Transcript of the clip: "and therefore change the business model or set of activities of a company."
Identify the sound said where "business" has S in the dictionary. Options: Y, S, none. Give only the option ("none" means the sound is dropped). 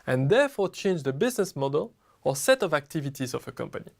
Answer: S